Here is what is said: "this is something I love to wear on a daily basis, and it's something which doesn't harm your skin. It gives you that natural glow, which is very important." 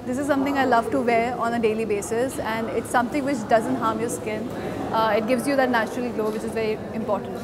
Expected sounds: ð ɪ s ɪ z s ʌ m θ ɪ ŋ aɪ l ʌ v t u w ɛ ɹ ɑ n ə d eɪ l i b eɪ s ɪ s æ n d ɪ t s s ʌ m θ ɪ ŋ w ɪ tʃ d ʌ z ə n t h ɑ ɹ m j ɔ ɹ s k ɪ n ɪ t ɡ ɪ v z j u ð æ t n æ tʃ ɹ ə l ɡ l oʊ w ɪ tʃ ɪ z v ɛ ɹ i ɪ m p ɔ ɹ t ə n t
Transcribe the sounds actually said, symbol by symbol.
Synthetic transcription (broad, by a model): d ɪ s ɪ z s ʌ m t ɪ ŋ aɪ l ʌ v t u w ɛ ɹ ɑ n ə d eɪ l i b eɪ s ɪ s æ n d ɪ t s s ʌ m t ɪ ŋ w ɪ tʃ d ʌ z ə n t h ɑ ɹ m j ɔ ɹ s k ɪ n ɪ t ɡ ɪ v z j u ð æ t n æ tʃ ɹ ə l ɡ l oʊ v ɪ tʃ ɪ z v ɛ ɹ i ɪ m p ɔ ɹ t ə n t